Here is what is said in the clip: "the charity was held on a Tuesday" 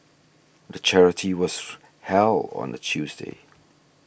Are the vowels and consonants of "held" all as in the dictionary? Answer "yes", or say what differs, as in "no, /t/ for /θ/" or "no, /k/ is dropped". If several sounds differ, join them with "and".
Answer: no, /d/ is dropped